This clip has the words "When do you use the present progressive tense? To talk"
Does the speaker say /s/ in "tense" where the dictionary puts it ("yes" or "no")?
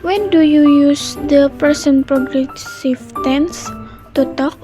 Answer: yes